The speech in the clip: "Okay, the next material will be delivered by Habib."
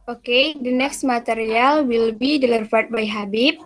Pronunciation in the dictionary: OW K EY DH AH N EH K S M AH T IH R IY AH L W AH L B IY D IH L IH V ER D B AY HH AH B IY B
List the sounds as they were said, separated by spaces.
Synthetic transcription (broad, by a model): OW K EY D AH N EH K S M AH T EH R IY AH L W AH L B IY D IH L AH F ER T B AY HH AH B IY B